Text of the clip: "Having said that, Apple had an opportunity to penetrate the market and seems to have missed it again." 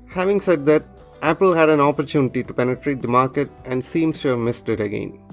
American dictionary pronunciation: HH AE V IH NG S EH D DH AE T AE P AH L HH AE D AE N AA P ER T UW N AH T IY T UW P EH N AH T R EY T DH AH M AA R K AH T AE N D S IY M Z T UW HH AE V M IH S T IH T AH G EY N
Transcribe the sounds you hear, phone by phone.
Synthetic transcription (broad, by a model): HH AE V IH NG S EH D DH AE T AE P AH L HH AE D AE N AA P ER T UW N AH T IY T UW P EH N AH T R EY T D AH M AA R K AH T AE N D S IY M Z T UW HH AE V M IH S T IH T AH G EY N